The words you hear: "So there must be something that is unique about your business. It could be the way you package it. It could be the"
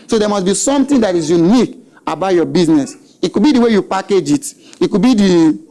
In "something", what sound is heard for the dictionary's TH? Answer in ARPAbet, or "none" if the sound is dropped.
T